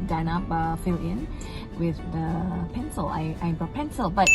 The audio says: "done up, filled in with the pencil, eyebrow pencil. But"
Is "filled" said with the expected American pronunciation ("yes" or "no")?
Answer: no